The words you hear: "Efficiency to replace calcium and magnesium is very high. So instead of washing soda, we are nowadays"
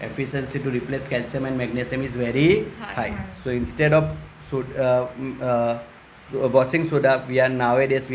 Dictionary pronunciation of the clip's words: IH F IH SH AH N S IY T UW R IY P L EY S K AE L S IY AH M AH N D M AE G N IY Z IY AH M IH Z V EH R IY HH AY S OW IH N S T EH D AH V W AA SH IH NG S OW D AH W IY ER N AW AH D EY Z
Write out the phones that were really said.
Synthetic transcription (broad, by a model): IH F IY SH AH N S IY T UW R IY P L EY S K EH L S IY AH M AH N D M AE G N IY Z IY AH M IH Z V EH R IY HH AY S OW IH N S T EH D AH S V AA S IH NG S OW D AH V IY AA N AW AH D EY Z